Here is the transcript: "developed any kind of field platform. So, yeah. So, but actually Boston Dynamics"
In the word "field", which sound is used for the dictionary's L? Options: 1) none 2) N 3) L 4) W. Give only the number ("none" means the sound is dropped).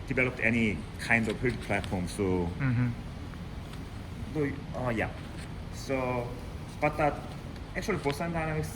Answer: 1